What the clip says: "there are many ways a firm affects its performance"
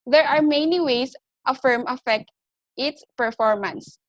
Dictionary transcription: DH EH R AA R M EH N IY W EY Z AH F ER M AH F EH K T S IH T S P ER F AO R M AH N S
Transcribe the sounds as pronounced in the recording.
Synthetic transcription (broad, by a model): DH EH R AA R M EH N IY W EY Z AH F ER M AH F EH K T IH T S P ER F AO R M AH N S